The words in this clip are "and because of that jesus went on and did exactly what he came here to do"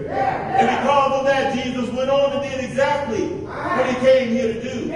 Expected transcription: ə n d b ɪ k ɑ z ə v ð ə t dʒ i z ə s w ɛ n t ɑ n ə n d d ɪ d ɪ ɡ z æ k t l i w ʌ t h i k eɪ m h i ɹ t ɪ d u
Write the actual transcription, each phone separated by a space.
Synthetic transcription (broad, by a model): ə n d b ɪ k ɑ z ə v ð ə t dʒ i z ə s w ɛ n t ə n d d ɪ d ɪ ɡ z æ k t l i w ʌ t h i k eɪ m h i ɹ t ɪ d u